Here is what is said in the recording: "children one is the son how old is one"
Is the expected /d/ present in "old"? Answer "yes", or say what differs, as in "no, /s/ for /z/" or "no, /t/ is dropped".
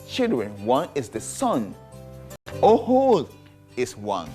no, /d/ is dropped